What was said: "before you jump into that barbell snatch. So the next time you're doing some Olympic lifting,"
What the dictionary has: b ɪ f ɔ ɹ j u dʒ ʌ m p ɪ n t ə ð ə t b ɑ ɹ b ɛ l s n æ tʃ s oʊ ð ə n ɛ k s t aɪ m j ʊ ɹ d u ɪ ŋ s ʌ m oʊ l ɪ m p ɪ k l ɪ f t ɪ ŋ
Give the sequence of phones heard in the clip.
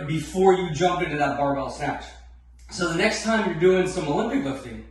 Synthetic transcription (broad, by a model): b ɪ f ɔ ɹ j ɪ dʒ ʌ m p ɪ n t ə ð ə t b ɑ ɹ b ɛ l s n æ tʃ s oʊ ð ə n ɛ k s t aɪ m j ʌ ɹ d u ɪ ŋ s ʌ m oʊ l ɪ m p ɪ k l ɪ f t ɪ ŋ